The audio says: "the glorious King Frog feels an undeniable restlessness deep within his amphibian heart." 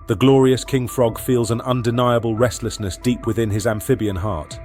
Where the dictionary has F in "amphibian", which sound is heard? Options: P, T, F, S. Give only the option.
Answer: F